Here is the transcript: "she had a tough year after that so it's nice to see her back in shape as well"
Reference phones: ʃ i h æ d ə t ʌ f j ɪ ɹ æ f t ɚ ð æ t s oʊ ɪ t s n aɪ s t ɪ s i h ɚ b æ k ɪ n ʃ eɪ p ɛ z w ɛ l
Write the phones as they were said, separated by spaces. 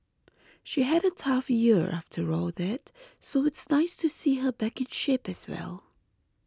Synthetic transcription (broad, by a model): ʃ i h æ d ə t ʌ f j ɪ ɹ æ f t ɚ ð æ t s oʊ ɪ t s n aɪ s t ɪ s i h ɚ b æ k ɪ n ʃ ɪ p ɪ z w ɛ l